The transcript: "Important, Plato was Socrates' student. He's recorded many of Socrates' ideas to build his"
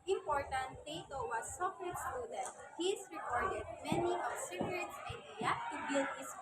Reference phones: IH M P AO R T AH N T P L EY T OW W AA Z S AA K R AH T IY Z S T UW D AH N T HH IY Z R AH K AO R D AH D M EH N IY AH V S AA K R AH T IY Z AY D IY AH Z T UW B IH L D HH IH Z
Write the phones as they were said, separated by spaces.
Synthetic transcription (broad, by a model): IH M P AO R T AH N T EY T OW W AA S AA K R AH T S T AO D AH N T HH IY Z R AH K AO R D AH D M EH N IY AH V S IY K R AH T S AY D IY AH T UW B IH L D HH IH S